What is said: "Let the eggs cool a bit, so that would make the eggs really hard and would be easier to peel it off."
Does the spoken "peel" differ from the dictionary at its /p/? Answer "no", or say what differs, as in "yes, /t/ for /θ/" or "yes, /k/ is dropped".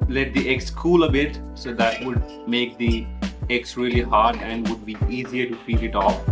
yes, /f/ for /p/